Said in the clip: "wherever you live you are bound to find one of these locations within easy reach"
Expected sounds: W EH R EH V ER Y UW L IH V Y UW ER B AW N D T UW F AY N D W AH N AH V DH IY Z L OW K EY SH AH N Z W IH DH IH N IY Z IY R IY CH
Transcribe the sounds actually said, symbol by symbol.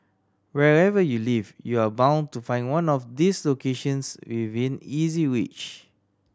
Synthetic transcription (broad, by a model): W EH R EH V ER Y UW L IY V Y UW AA B AW N T UW F AY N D W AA N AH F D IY S L OW K EY SH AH N S W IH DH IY N IY Z IY W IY CH